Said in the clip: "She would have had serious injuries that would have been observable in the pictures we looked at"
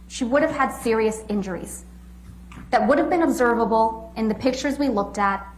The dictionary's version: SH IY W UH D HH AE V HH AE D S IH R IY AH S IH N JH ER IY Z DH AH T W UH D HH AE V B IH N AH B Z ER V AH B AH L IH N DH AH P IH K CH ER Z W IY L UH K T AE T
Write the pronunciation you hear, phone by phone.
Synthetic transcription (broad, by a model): SH IY W UH D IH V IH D S IH R IY AH S IH N JH ER IY Z DH AH T W UH D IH V B IH N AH B Z ER V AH B L IH N DH AH P IH K CH ER Z W IY L UH K T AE T